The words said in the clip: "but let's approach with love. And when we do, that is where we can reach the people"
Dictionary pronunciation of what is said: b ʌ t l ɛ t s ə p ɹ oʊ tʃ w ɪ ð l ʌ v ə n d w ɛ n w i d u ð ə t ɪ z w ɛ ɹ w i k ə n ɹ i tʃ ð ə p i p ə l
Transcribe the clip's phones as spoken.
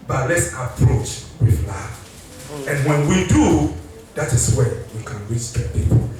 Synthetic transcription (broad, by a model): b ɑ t l ɛ t s ə p ɹ oʊ tʃ w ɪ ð l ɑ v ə n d w ɛ n w i d u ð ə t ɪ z w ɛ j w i k ə n w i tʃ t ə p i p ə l